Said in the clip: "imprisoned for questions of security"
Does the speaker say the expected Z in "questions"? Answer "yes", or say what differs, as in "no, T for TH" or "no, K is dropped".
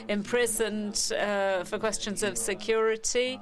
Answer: yes